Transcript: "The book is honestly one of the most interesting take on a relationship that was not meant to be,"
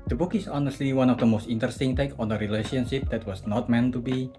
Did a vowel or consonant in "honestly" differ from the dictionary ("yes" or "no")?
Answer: no